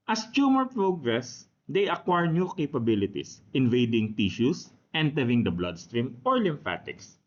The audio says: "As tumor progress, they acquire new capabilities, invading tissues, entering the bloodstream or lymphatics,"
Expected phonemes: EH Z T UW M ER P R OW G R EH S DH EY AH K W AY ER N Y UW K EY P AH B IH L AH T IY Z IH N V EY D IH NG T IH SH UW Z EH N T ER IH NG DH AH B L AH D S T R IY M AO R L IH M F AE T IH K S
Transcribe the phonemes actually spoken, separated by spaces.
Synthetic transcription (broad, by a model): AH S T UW M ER P R OW G R EH S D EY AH K W AY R N Y UW K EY P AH B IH L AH T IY S IH N V EY D IH NG T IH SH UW S EH N T ER IH NG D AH B L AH D S T R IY M AO R L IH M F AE T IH K S